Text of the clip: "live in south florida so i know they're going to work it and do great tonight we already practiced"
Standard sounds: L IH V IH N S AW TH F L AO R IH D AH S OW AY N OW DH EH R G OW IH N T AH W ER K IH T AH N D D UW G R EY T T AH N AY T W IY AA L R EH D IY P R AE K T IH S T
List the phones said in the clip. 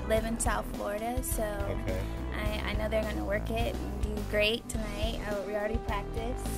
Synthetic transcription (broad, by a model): L IH V IH N S AW TH F L AO R IH D AH S OW AY N OW DH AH R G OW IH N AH W ER K IH T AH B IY G R EY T T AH N AY T W IY L R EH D IY P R AE K T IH S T